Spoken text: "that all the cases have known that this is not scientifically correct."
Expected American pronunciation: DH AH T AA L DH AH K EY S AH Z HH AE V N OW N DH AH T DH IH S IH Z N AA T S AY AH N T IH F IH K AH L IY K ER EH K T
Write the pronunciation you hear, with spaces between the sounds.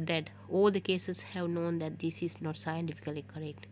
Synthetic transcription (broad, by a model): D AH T AA L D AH K EY S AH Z HH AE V N OW N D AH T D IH S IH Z N AA T S AY AH N T IH F IH K AH L IY K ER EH K T